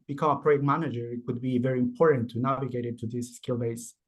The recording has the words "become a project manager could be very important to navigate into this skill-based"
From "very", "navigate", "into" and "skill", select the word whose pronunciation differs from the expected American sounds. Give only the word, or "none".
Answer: into